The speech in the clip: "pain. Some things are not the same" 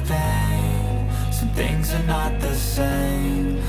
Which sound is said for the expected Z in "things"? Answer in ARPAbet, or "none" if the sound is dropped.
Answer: Z